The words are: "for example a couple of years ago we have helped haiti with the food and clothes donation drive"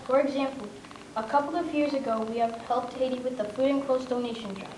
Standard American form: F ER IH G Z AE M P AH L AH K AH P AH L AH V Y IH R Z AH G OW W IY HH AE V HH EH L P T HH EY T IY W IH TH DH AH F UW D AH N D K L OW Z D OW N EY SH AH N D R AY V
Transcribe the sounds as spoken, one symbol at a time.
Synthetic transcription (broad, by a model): F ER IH G Z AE M P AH L AH K AH P L AH V Y IH R Z AH G OW W IY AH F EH L T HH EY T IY W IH DH AH F UW D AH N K OW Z D OW N EY SH AH N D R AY